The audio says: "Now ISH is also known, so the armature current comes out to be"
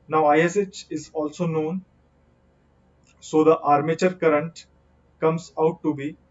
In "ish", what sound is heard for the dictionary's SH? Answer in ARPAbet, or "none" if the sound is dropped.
S